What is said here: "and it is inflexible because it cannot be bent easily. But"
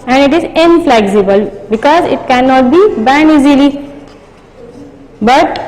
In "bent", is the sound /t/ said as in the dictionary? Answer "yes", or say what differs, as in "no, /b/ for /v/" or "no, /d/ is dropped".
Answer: no, /t/ is dropped